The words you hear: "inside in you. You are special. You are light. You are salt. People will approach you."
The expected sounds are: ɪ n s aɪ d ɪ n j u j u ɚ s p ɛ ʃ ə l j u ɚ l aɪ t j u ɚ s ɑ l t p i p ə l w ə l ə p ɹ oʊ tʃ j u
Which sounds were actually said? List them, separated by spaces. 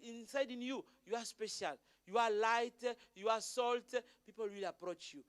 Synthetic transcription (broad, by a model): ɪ n s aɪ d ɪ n j u j u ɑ s p ɛ ʃ ə l j u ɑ l aɪ t j u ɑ s ɑ l t p i p ə l w ə l ə p ɹ oʊ tʃ j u